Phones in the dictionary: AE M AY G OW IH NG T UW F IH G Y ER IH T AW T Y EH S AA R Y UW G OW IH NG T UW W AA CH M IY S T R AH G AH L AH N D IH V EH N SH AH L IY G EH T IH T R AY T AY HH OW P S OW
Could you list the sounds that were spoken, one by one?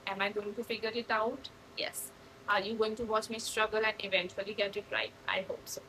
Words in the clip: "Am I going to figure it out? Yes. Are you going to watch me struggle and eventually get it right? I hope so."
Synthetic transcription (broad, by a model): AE M AY G OW IH NG T UW F IH G Y ER IH T AW T Y EH S AA R Y UW G OW IH NG T UW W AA CH M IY S T R AH G AH L AH N D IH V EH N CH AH L IY G EH T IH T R AY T AY HH OW P S OW